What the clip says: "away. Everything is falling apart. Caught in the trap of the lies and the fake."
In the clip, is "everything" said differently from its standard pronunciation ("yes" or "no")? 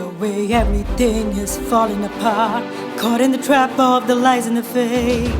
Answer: no